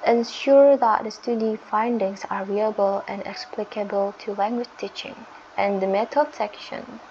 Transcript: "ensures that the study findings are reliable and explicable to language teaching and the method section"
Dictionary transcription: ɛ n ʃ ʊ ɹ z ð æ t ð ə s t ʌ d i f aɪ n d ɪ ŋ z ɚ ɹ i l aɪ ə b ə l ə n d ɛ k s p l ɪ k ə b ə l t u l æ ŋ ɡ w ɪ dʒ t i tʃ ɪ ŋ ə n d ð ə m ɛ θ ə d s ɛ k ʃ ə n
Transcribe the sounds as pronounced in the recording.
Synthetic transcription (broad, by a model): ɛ n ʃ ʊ ɹ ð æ t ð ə s t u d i f aɪ n d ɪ ŋ s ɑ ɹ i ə b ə l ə n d ɛ k s p l ɪ k ə b ə l t u l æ ŋ ɡ w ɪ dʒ t i tʃ ɪ ŋ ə n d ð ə m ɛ t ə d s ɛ k ʃ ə n